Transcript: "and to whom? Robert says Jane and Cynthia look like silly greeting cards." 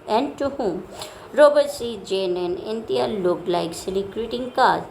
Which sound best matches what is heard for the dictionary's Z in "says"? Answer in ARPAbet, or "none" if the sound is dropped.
none